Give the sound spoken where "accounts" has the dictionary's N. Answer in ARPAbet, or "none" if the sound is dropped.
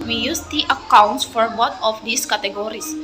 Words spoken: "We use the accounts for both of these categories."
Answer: N